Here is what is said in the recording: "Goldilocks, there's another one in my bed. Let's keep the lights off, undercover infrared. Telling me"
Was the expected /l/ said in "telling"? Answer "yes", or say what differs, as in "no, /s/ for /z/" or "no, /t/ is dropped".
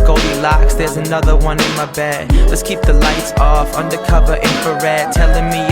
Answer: yes